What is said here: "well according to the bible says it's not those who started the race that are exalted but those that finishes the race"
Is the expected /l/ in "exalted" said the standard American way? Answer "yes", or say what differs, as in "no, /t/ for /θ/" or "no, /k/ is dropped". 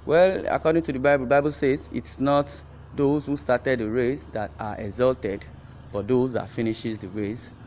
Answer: yes